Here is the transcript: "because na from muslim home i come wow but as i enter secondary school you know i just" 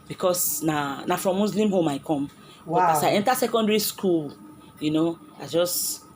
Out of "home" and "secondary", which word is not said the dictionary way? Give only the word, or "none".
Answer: none